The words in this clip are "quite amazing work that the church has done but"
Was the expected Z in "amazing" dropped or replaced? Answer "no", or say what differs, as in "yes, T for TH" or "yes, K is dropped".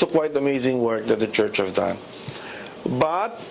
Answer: no